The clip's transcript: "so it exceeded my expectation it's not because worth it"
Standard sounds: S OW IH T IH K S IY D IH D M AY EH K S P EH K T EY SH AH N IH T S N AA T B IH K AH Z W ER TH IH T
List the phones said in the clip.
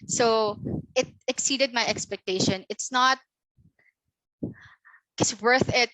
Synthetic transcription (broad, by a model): S OW IH T IH K S IY D IH D M AY EH K S P EH K T EY SH AH N IH T S N AA T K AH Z W ER TH IH T